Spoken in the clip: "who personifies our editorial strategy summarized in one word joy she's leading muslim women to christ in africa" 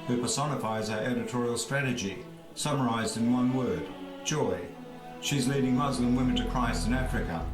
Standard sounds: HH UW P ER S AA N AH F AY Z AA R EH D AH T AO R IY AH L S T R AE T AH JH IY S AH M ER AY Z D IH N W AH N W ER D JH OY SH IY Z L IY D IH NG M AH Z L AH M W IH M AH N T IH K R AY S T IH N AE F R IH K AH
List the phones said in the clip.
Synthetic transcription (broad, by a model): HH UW P ER S AA N AH F AY Z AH R EH D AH T AO R IY L S T R AE T AH JH IY S AH M ER AY Z D IH N W AH N W ER D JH OY SH IY Z L IY D IH NG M AH Z L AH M W IH M AH N T IH K R AY S T IH N AE F R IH K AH